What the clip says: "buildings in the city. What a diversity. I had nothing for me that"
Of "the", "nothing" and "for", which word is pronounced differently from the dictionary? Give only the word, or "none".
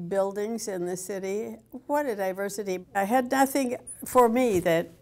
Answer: none